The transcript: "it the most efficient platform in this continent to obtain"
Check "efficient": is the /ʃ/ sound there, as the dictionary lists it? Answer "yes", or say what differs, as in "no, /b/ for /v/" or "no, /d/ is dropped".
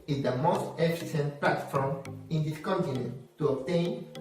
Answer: no, /s/ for /ʃ/